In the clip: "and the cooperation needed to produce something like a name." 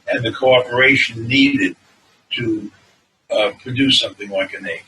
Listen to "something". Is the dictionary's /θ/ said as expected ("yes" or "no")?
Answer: yes